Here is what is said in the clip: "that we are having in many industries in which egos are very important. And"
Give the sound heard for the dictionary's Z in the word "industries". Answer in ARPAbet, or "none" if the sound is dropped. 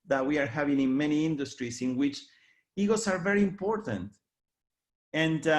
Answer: S